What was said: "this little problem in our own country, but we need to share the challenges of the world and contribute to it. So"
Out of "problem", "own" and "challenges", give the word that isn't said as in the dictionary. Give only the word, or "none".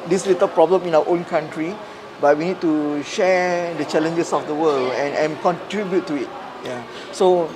challenges